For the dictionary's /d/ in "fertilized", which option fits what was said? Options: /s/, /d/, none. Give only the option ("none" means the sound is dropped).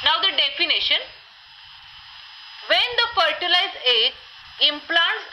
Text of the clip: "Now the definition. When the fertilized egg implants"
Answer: none